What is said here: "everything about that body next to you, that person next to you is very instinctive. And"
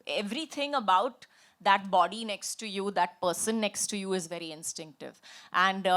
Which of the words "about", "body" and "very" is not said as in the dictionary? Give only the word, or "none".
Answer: none